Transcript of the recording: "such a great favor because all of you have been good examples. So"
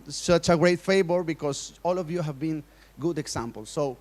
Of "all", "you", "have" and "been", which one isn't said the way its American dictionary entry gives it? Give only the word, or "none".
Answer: none